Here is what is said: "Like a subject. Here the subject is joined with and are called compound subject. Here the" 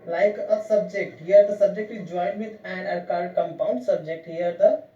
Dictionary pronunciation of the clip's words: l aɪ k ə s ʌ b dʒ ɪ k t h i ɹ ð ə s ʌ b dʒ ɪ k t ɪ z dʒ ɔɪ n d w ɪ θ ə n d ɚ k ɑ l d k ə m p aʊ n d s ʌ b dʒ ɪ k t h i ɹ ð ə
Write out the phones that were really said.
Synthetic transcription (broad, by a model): l aɪ k ə s ʌ b dʒ ɪ k t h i ɹ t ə s ʌ b dʒ ɪ k t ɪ dʒ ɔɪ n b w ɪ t ə n d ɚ k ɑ d k ə m p aʊ n d s ʌ b dʒ ɪ k t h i ɹ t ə